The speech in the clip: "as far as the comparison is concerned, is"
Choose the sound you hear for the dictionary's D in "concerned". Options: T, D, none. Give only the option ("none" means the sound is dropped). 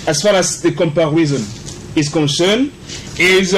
none